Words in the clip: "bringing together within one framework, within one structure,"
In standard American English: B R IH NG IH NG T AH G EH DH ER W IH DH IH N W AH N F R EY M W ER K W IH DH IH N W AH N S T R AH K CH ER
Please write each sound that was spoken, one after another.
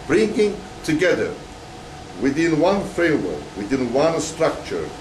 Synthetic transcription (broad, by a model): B R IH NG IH NG T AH G EH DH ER W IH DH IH N W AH N F EY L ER W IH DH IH N W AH N S T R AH K CH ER